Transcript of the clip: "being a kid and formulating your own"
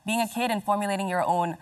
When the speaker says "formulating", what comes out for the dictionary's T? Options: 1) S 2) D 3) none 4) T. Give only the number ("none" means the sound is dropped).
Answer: 4